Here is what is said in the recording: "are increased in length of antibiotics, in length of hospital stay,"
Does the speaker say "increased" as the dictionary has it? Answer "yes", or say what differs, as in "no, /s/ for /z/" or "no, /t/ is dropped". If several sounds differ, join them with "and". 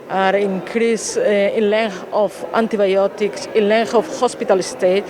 no, /t/ is dropped